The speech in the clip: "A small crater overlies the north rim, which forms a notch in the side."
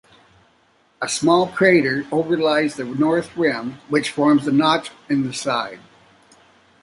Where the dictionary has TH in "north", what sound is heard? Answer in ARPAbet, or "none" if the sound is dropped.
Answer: TH